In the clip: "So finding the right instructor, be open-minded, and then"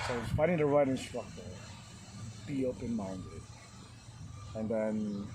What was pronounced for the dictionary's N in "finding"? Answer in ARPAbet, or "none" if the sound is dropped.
none